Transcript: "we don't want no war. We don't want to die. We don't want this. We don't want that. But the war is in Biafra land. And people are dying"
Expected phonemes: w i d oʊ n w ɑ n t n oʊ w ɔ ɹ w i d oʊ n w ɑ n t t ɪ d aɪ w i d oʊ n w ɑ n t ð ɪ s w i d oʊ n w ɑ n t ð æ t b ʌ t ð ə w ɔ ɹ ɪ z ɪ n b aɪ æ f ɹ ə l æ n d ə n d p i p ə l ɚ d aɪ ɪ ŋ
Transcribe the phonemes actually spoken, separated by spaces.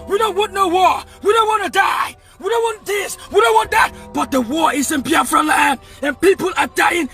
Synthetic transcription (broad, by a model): w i d oʊ n w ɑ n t n oʊ w ɔ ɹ w i d oʊ n w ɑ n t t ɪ d aɪ w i d oʊ n w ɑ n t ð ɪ s w i d oʊ n w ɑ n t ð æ t b ʌ t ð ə w ɔ ɹ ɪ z ɪ n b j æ f ɹ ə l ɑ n ə n p i p ə l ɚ d aɪ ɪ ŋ